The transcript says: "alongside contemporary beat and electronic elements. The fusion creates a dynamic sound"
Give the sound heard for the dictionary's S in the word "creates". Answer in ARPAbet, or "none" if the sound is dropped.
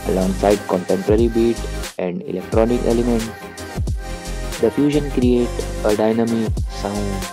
none